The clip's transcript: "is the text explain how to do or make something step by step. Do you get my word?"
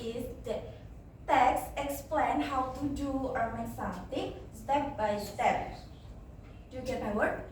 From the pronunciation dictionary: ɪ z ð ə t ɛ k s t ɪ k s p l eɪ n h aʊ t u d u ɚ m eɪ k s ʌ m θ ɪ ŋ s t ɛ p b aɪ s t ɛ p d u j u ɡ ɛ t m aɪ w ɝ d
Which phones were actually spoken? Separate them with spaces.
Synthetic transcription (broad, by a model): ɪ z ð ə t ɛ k s ɪ k s p l eɪ n h aʊ t u d u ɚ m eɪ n s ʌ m t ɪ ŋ s t ɛ p b aɪ s t ɛ p d u j u ɡ ɛ t m aɪ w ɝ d